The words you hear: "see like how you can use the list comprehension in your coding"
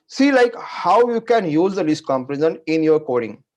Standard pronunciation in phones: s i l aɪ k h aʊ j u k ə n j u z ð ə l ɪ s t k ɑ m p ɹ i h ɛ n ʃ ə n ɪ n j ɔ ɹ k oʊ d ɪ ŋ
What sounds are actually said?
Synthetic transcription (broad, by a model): s i l aɪ k h aʊ j u k ə n j u z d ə l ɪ s t k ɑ m p i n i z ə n ɪ n j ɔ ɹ k oʊ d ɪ ŋ